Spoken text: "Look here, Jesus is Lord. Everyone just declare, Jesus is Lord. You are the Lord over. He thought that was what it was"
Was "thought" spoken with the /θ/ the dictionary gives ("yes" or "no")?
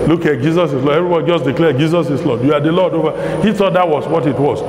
no